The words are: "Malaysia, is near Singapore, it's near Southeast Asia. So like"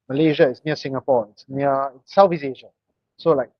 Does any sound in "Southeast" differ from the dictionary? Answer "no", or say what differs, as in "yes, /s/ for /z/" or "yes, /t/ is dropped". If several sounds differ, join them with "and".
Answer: yes, /f/ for /θ/ and /t/ is dropped